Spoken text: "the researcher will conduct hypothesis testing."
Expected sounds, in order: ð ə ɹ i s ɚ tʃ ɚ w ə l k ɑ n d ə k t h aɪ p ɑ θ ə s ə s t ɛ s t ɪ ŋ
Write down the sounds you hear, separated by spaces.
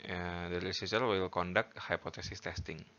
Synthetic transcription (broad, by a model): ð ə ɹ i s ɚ s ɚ w ə l k ɑ n d ə k t h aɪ p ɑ t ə s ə s t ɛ s t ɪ ŋ